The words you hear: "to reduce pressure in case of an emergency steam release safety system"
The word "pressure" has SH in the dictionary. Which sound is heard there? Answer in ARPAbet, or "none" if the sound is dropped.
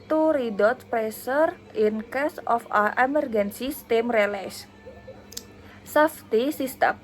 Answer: S